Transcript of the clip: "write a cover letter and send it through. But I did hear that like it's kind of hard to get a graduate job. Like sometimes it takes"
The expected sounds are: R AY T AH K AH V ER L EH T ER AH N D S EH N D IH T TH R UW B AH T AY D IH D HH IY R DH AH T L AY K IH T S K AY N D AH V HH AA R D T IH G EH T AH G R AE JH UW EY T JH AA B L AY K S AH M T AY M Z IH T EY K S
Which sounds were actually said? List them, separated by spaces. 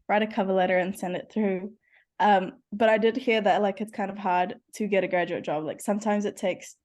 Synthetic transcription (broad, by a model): R AY T AH K AH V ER L EH T ER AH N S EH N D IH T TH R UW B AH T AY D IH D HH IY R DH AH T L AY K IH T S K AY N D AH V HH AA R D T IH G EH T AH G R AE JH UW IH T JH AA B L AY K S AH M T AY M Z IH T EY K S